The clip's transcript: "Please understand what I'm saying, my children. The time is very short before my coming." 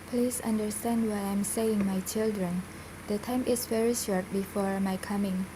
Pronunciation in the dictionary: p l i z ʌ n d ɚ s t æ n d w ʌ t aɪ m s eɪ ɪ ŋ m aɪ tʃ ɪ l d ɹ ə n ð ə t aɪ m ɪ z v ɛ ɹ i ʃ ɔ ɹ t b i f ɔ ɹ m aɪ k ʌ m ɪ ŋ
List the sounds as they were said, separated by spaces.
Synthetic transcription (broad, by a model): p l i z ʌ n d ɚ s t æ n d w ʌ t aɪ m s eɪ ɪ ŋ m aɪ tʃ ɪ l d ɹ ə n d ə t aɪ m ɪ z v ɛ ɹ i ʃ ɔ ɹ t b i f ɔ ɹ m aɪ k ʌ m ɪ ŋ